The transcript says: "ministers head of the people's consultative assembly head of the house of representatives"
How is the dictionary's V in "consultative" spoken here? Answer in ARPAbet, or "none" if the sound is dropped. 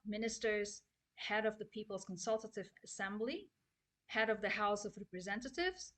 V